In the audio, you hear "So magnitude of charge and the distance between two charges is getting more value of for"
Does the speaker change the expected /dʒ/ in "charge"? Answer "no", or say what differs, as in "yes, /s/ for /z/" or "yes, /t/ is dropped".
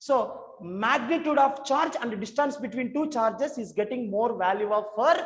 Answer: no